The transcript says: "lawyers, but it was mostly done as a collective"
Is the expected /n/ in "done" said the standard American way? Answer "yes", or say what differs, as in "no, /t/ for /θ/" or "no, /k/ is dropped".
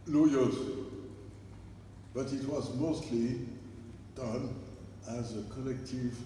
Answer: yes